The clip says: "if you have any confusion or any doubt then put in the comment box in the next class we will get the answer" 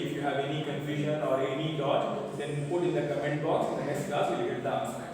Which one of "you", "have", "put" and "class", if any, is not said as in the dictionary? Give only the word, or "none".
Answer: class